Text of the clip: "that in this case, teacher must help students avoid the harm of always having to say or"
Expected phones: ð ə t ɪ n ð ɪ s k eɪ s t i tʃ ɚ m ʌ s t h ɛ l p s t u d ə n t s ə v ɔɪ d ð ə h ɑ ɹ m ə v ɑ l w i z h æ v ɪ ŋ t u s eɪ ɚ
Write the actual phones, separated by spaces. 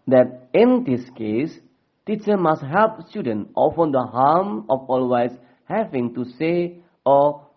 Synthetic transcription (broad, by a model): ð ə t ɪ n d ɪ s k eɪ s t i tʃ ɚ m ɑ s t h ɛ l p s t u d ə n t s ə f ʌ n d ə h ɑ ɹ m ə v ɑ l w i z h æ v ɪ ŋ t u s eɪ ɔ